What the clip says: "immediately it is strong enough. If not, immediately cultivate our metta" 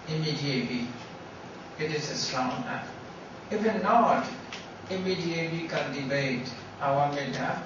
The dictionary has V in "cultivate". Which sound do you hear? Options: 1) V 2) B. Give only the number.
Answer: 2